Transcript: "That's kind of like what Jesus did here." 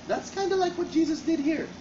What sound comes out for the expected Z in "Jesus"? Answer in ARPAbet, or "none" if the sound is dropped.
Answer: Z